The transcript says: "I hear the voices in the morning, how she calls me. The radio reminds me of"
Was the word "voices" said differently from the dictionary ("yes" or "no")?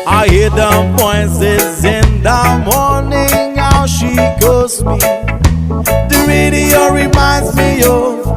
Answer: yes